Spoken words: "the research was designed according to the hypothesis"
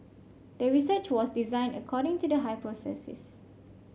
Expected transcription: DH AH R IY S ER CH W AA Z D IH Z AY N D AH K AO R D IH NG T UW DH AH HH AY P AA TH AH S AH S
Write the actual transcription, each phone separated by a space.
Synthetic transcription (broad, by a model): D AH R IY S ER CH W AA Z D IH Z AY N AH K AO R D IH NG T UW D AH HH AY P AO S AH S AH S